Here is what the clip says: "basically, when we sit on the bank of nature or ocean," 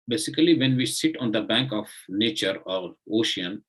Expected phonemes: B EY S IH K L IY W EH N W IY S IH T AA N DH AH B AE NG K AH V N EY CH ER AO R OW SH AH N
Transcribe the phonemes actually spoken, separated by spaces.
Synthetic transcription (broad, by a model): B EY S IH K L IY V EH N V IY S IH T AA N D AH B AE NG K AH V N EY CH ER AO R OW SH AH N